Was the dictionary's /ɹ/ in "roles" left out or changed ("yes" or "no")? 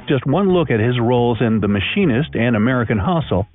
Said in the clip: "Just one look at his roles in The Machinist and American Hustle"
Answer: no